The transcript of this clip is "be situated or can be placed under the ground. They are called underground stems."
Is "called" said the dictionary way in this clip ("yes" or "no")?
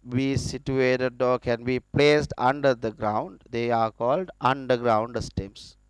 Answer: yes